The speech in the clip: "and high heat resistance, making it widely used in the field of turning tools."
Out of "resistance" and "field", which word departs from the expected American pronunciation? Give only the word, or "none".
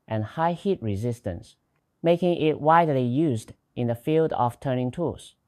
none